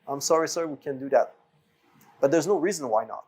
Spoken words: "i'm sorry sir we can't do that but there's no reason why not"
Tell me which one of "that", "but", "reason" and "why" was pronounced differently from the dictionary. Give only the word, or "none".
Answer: none